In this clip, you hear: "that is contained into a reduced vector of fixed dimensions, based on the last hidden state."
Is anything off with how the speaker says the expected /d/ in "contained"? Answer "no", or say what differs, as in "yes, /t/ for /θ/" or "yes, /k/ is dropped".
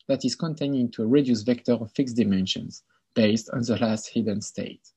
yes, /d/ is dropped